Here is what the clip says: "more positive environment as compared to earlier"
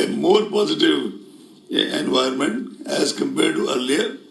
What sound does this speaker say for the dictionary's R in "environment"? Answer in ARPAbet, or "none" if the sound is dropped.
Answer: none